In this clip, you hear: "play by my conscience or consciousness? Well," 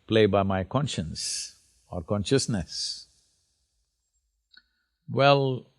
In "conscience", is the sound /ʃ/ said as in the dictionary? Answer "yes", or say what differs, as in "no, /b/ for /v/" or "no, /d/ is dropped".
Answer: yes